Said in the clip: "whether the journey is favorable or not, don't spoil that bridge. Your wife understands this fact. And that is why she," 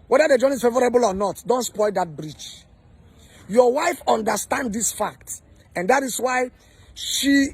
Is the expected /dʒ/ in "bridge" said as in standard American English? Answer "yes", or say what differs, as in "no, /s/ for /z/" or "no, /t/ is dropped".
no, /tʃ/ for /dʒ/